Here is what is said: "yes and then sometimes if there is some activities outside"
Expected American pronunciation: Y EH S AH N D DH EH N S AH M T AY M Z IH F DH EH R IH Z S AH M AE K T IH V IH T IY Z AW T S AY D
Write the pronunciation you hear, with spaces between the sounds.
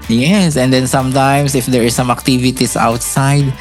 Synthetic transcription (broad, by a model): Y EH S AH N D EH N S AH M T AY M S IH F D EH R S AH M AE K T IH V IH T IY S AW T S AY D